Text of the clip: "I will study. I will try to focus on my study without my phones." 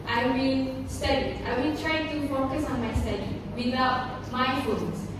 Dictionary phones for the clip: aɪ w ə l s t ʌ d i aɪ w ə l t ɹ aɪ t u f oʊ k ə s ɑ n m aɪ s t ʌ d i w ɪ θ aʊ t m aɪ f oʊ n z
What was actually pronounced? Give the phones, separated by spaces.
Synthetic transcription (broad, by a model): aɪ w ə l s t ʌ d i aɪ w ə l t ɹ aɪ t u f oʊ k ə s ɑ n m aɪ s t ʌ d i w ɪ t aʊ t m aɪ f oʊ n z